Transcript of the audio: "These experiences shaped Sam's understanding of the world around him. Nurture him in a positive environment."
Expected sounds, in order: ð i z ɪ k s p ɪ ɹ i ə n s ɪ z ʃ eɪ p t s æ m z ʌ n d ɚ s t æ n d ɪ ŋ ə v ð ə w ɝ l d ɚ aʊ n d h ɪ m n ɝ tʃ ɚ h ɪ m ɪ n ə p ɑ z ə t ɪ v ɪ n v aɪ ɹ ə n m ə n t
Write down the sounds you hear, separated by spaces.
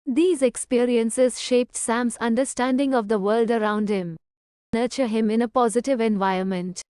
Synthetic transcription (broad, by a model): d i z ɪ k s p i ɹ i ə n s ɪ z ʃ eɪ p t s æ m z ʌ n d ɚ s t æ n d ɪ ŋ ə v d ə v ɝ l d ɚ aʊ n d h ɪ m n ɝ tʃ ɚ h ɪ m ɪ n ə p ɑ z ə t ɪ v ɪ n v aɪ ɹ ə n m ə n t